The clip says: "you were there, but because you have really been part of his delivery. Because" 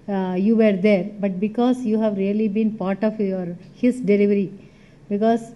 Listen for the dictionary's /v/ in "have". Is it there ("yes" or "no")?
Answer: yes